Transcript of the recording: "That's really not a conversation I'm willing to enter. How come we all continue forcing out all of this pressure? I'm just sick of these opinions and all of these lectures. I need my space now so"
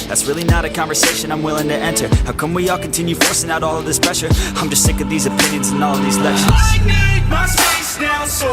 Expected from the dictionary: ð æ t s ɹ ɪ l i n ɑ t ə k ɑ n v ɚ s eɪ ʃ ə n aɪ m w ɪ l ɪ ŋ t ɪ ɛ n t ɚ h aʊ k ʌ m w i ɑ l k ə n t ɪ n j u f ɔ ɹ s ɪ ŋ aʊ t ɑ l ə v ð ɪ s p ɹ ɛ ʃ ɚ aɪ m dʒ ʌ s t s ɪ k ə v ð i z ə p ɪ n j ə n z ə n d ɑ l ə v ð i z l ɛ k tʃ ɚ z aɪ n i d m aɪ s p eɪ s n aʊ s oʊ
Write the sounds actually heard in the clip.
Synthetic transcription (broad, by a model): ð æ t s ɹ ɪ l i n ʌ t ə k ɑ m v ɚ s eɪ ʃ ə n aɪ m w ɪ l ɪ ŋ t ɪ ɛ n t ɚ h aʊ k ʌ m w i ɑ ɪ k n t ɪ n j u f ɔ ɹ s ɪ ŋ aʊ t ɑ l ə v ð ɪ s p ɹ ɛ ʃ ɚ aɪ m dʒ ʌ s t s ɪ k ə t ð i z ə p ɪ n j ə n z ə n ɑ l ə v ð i z l ɛ k ʃ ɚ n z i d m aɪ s eɪ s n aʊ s